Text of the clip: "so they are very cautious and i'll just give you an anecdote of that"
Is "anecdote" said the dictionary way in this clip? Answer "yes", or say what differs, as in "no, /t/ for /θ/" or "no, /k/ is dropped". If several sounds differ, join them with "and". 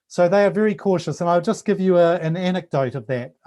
yes